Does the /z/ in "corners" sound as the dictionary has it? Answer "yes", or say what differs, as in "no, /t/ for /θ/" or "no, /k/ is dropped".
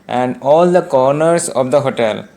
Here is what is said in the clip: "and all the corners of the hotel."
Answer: no, /s/ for /z/